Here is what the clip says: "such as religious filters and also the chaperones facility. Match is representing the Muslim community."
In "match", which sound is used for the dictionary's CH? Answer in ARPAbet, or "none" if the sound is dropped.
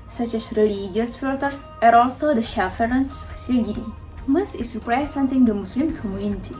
S